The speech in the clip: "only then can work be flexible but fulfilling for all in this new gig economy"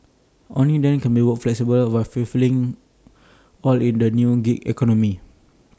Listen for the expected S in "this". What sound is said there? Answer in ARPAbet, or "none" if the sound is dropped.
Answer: none